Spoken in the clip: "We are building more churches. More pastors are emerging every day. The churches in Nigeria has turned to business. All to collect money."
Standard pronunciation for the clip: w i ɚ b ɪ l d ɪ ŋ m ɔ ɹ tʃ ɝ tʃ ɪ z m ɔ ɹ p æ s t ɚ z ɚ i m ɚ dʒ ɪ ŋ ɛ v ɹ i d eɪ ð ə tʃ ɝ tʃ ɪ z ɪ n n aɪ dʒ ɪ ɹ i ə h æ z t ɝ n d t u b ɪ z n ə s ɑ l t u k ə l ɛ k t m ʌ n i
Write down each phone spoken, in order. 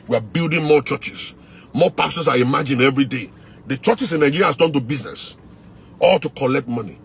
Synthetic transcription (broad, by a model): w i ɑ b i l d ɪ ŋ m ɔ tʃ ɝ tʃ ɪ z m ɔ p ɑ s t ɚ s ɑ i m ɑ dʒ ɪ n ɛ v ɹ i d eɪ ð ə tʃ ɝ tʃ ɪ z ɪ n n aɪ dʒ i ɹ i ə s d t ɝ n t u b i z n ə s ɑ l t u k ə l ɛ k t m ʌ n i